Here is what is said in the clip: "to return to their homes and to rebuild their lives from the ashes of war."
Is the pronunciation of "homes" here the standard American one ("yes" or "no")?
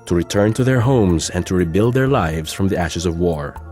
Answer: yes